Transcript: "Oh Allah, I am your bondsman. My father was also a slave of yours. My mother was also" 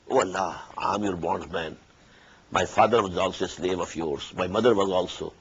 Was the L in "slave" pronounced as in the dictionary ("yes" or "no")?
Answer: yes